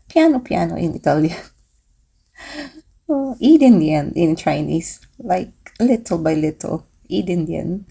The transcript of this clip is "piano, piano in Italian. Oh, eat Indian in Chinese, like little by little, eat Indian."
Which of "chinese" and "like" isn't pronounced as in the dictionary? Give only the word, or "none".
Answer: chinese